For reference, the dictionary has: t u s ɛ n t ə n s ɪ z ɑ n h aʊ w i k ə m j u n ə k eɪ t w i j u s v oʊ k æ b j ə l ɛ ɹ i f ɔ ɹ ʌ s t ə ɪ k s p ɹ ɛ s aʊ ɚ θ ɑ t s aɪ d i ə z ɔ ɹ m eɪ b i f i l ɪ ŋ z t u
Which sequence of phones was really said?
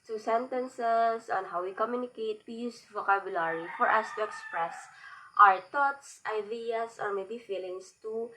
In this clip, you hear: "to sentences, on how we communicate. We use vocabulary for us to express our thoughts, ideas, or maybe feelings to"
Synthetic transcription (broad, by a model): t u s ɛ n t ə n s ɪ s ɑ n h aʊ w i k ə m j u n ə k eɪ t w i j u s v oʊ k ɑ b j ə l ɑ ɹ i f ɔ ɹ ʌ s t ə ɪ k s p ɹ ɛ s aʊ ɚ t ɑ t s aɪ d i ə s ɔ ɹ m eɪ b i f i l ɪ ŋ s t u